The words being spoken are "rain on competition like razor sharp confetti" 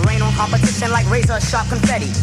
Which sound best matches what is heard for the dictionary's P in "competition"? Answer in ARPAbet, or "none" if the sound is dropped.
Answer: B